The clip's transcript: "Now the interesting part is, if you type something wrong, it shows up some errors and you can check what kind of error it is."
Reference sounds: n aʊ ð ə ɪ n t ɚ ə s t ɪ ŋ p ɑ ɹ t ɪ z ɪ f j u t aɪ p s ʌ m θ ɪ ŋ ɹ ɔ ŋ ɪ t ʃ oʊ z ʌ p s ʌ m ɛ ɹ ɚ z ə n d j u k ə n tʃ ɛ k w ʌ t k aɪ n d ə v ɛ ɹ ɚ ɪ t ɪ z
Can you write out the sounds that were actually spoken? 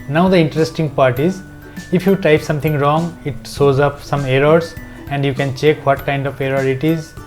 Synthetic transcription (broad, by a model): n aʊ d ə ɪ n t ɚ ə s t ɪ ŋ p ɑ ɹ t ɪ z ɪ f j u t aɪ p s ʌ m t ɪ ŋ ɹ ɔ ŋ ɪ t s oʊ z ʌ p s ʌ m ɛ ɹ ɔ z ə n d j u k ə n tʃ ɛ k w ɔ t k aɪ n d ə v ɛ ɹ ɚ ɪ t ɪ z